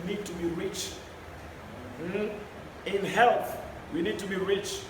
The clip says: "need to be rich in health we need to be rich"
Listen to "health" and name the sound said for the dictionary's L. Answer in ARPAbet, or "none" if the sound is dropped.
L